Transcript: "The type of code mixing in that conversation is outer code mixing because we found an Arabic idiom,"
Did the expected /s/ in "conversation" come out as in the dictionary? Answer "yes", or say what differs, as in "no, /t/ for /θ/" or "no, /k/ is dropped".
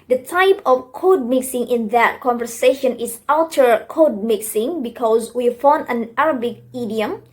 yes